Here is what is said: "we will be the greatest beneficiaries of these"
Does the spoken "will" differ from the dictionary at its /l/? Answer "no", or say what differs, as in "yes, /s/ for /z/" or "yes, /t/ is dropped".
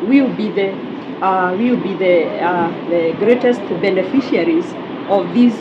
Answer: yes, /w/ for /l/